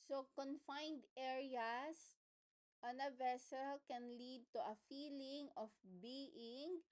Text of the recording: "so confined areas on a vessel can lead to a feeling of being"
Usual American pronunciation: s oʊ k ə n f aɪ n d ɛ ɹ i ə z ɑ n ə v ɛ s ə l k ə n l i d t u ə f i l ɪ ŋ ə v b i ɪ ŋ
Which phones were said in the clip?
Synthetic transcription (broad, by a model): s oʊ k ə n f aɪ n d ɛ ɹ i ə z ɑ n ə v ɛ s ə l k ə n l i d t u ə f i l ɪ ŋ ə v b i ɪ ŋ